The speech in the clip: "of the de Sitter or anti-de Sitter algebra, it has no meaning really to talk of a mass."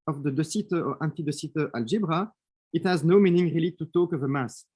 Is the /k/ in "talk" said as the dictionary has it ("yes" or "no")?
yes